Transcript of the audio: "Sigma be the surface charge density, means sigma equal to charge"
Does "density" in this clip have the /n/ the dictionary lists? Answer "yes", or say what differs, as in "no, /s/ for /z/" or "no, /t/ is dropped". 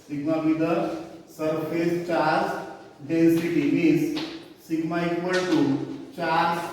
no, /n/ is dropped